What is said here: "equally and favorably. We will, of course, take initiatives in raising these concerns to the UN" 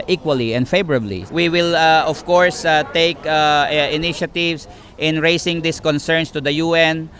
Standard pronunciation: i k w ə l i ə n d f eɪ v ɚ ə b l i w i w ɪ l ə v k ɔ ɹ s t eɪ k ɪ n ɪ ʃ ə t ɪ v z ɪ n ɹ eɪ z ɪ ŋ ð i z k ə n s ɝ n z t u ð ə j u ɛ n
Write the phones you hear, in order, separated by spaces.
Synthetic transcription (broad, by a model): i k w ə l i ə n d f eɪ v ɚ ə b l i w i w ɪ l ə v k ɔ ɹ s t eɪ k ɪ n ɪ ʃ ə t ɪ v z ɪ n ɹ eɪ s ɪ ŋ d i s k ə n s ɝ n s t u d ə j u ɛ n